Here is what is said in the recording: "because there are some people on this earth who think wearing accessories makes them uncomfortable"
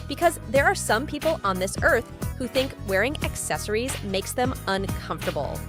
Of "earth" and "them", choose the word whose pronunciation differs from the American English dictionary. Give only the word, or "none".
none